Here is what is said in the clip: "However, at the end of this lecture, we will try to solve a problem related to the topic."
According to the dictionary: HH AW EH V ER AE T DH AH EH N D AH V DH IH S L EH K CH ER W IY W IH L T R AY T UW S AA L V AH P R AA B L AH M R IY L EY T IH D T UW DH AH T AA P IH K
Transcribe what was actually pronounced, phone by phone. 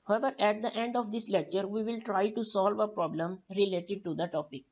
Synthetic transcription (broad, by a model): HH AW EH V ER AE T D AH EH N D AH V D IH S L EH K CH ER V IY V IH L T R AY T UW S AA L V AH P R AA B L AH M R IY L EY T IH D T UW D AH T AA P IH K